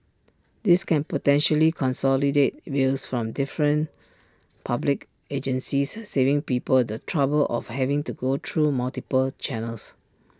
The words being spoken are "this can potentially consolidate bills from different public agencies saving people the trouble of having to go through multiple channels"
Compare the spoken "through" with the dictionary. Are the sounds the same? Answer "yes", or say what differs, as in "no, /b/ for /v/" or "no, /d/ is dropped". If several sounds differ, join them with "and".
no, /t/ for /θ/